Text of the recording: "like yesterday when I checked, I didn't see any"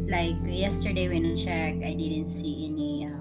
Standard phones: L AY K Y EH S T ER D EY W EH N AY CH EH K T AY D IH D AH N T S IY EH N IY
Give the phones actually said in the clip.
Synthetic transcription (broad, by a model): L AY K Y EH S T ER D EY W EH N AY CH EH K AY D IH D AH N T S IY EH N IY